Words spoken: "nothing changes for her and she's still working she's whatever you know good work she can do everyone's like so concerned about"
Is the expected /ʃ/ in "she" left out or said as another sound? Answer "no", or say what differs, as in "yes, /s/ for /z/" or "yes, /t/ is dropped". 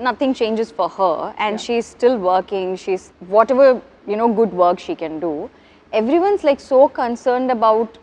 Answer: no